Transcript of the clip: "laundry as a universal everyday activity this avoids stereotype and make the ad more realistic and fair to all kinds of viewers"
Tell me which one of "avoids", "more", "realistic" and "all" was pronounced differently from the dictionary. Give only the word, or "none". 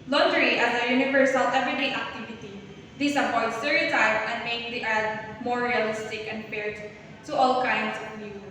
avoids